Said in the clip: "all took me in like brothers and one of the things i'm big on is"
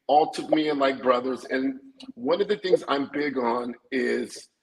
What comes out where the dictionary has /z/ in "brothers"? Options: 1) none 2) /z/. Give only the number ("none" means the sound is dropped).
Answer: 2